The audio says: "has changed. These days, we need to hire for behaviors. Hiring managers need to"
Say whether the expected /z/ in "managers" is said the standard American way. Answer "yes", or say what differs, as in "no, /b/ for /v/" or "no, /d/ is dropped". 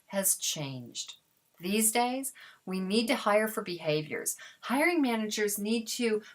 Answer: yes